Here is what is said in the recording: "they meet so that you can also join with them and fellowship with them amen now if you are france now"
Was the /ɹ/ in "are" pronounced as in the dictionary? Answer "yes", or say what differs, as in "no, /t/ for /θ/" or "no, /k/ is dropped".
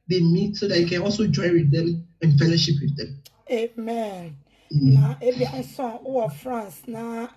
no, /w/ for /ɹ/